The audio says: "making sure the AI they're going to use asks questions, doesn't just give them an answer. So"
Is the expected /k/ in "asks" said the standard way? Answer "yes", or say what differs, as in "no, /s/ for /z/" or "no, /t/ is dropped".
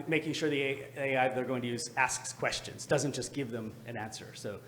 yes